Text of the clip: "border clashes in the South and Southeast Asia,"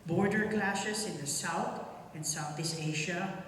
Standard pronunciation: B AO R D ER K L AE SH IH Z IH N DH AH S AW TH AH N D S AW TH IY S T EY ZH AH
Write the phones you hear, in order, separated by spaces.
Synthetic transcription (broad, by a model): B AO R D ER K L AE SH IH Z IH N DH AH S AW TH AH N S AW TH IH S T EY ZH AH